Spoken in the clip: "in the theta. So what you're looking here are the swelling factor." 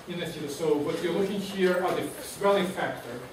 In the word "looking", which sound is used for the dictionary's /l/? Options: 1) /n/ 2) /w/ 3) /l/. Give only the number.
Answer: 3